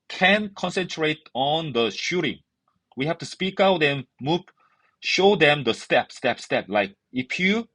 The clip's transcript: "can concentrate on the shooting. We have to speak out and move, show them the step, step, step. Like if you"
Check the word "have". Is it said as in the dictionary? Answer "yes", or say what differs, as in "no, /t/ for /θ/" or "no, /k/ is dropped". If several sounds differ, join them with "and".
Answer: no, /f/ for /v/